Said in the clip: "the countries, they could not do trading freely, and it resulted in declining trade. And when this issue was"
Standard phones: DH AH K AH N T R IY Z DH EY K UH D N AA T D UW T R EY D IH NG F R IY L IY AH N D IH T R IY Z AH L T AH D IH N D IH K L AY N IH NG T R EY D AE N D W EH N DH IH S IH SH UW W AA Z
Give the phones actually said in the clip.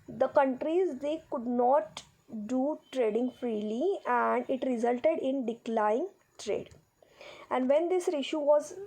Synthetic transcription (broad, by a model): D AH K AH N T R IY Z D EY K UH D N AA T D UW T R EY D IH NG F R IY L IY AH N D IH T R IY Z AH L T AH D IH N D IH K L AY IH NG T R EY D AE N D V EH N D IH S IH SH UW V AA Z